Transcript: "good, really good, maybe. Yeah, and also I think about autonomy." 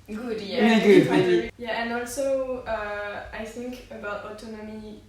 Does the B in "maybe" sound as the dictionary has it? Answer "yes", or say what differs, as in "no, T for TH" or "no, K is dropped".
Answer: no, B is dropped